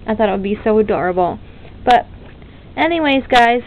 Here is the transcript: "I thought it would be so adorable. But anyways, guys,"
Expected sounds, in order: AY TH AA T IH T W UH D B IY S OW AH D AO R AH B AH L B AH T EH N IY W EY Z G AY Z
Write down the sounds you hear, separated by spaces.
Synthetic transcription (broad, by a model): AY TH AA T IH T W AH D B IY S OW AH D AO R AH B L B AH T EH N IY W EY Z G AY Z